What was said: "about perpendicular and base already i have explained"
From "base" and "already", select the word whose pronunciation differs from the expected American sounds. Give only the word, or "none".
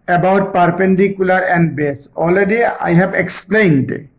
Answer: already